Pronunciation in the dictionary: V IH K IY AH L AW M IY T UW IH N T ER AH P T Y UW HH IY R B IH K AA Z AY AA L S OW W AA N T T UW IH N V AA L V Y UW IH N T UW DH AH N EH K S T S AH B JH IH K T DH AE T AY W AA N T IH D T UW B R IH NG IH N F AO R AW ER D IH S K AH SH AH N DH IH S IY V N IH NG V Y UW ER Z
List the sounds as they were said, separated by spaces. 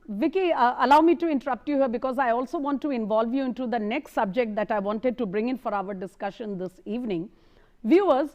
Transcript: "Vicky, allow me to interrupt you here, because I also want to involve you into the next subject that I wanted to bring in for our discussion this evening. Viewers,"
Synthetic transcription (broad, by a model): V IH K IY AH L AW M IY T UW IH N T ER AH P T Y UW HH IY R B IH K AA Z AY AA L S OW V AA N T T UW IH N V AA L V Y UW IH N T UW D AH N EH K S T S AH B JH IH K T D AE T AY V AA N T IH D T UW B R IH NG IH N F AO R AW ER D IH S K AH SH AH N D IH S IY V N IH NG V Y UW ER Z